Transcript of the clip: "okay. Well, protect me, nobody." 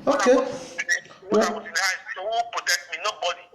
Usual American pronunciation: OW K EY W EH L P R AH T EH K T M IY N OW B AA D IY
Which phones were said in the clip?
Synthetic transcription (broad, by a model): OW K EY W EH W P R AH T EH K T M IY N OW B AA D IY